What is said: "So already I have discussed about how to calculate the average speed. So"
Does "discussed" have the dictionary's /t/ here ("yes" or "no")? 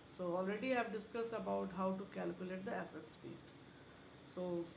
no